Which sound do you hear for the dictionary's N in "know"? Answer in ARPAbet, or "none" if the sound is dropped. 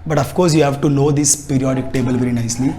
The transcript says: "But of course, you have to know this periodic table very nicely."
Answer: L